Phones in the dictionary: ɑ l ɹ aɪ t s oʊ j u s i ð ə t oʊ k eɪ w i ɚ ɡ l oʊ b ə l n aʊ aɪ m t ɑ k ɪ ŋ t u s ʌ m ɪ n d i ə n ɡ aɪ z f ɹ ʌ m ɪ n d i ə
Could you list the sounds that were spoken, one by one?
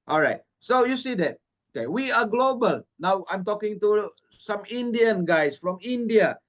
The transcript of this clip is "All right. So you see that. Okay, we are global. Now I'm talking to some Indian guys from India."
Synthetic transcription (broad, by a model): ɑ l ɹ aɪ t s oʊ j u s i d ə t oʊ k eɪ w i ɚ ɡ l oʊ b ə l n aʊ aɪ m t ɑ k ɪ ŋ t u s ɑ m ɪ n d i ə n ɡ aɪ s f ɹ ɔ m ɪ n d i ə